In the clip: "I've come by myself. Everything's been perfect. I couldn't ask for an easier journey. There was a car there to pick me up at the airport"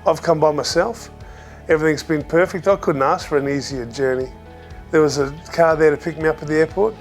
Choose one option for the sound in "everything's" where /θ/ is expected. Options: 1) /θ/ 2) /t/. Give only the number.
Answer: 1